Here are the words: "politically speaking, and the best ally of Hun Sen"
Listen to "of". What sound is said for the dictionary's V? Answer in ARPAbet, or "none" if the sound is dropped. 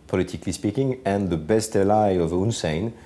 V